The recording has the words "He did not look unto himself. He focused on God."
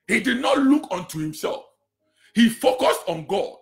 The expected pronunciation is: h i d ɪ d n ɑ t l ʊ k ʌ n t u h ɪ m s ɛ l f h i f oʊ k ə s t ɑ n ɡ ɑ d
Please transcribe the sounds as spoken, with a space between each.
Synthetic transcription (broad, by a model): h i d ɪ d n ɑ t l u k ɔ n t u h ɪ m s ɛ l f h i f oʊ k ə s t ɑ n ɡ ɑ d